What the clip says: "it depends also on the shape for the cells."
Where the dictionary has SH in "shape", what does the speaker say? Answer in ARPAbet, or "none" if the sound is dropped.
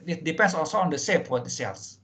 S